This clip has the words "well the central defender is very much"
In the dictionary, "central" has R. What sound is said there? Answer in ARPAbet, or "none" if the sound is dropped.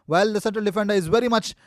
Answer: none